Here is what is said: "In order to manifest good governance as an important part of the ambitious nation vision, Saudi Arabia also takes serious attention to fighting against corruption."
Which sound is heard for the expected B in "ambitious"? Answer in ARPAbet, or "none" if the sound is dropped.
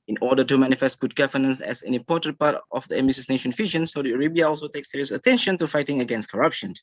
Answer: none